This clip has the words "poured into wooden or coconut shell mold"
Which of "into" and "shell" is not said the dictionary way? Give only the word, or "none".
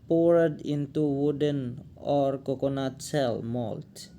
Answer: shell